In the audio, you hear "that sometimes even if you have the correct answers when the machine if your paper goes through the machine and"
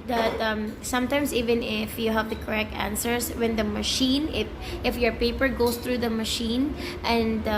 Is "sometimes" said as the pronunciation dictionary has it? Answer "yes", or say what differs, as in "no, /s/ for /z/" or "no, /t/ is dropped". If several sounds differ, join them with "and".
no, /s/ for /z/